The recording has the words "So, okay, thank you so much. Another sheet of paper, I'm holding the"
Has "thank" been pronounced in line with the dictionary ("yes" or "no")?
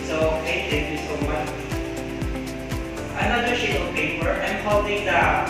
no